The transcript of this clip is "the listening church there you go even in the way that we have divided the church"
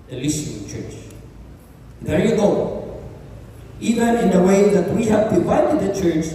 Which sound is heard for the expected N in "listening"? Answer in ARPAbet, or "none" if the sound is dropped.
none